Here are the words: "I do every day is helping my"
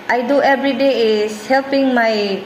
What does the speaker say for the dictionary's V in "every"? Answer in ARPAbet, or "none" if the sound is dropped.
B